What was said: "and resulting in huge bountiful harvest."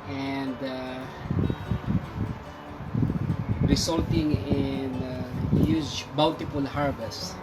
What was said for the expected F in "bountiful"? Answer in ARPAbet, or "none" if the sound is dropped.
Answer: P